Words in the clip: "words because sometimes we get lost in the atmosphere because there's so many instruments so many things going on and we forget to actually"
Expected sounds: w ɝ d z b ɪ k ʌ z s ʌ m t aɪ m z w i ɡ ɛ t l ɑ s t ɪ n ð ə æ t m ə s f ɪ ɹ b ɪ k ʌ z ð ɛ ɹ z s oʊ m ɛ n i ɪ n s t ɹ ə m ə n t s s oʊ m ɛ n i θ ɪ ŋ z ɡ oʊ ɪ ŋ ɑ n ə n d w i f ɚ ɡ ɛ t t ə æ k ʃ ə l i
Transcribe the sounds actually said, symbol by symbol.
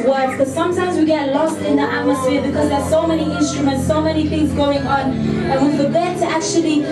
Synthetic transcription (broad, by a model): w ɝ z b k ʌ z s ʌ m t aɪ m z w i ɡ ɛ t l ɑ s t ɪ n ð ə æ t m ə s f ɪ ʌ b ɪ k ʌ z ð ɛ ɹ s oʊ m ɛ n i ɪ n s t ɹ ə m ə n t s s oʊ m ɛ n i θ ɪ ŋ z ɡ oʊ ɪ ŋ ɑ n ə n w i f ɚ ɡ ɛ t t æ k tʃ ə l i